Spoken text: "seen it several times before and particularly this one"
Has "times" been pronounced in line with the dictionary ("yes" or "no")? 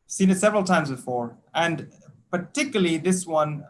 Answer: yes